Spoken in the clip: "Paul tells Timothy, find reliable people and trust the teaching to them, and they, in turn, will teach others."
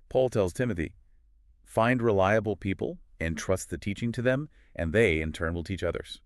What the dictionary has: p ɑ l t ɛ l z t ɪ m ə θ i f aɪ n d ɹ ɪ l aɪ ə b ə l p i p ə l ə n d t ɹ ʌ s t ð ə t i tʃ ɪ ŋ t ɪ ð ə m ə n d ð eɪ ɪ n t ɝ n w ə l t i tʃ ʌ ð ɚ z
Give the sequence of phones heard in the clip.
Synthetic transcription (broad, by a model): p ɑ l t ɛ l z t ɪ m ə θ i f aɪ n d ɹ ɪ l aɪ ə b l p i p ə l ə n t ɹ ʌ s t ð ə t i tʃ ɪ ŋ t ɪ ð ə m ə n ð eɪ ɪ n t ɝ n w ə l t i tʃ ʌ ð ɚ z